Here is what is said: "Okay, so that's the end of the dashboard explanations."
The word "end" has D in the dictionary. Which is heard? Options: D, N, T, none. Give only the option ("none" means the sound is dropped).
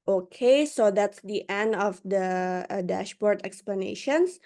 D